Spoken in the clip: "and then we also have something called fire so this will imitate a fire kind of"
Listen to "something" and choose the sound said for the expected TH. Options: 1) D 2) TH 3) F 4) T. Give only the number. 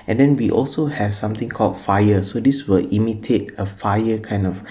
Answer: 4